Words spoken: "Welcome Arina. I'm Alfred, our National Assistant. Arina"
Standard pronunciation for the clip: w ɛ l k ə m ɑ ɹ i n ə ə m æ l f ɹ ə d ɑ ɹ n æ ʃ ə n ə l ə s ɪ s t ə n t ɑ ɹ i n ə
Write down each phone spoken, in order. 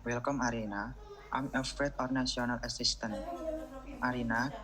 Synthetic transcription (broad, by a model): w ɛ l k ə m ɑ ɹ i n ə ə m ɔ f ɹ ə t ɑ ɹ n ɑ s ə n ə l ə s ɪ s t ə n t ɑ ɹ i n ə